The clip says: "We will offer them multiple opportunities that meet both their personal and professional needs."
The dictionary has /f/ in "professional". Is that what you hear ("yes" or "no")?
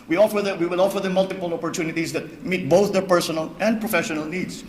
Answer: yes